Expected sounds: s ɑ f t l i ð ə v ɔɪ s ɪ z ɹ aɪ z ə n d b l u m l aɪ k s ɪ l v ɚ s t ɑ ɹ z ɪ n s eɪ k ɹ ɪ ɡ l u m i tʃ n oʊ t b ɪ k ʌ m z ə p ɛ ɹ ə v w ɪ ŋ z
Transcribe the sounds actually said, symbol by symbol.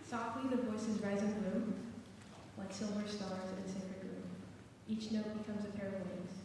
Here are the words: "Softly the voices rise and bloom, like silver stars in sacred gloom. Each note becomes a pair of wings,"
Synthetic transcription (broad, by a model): s ɑ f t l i ð ə v ɔɪ s ɪ z ɹ aɪ z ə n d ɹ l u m w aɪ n s ɪ l v ɚ s t ɑ ɹ z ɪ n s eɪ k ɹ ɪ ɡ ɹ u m i tʃ n oʊ t b ɪ k ʌ m z ə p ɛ ɹ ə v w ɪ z